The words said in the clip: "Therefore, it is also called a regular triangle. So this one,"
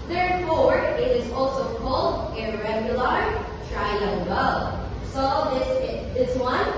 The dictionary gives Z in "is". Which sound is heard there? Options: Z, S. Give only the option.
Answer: Z